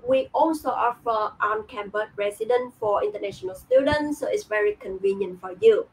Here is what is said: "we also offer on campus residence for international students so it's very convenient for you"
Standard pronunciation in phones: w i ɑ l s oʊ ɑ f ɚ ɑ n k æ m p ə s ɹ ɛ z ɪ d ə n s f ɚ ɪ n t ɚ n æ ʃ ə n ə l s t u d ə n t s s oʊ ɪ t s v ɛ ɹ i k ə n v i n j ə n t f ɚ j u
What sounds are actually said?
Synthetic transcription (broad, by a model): w i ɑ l s oʊ ɑ f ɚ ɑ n k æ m b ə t ɹ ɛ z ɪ d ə n f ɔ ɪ n t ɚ n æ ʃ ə n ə l s t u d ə n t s s oʊ ɪ t s v ɛ ɹ i k ə n v i n j ə n t f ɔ j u